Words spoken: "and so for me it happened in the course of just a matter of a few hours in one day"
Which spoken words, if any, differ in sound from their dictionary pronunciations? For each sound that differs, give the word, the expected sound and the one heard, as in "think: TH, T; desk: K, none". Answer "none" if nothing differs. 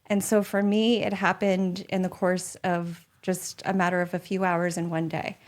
none